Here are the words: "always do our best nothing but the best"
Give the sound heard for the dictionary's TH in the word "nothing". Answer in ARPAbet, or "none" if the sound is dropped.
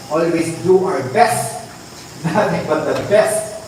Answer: T